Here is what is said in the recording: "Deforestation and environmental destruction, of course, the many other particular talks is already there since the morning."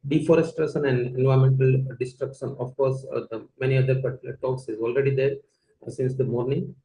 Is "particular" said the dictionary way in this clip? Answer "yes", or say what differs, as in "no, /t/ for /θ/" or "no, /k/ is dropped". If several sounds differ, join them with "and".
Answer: no, /k/ is dropped